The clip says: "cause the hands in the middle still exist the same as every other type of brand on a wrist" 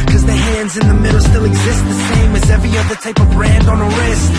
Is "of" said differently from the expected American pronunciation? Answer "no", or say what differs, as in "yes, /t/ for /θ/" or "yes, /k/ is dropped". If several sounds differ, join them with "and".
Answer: no